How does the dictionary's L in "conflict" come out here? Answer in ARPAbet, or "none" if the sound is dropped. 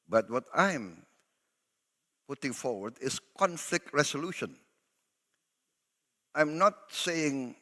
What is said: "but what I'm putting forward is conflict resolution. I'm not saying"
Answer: L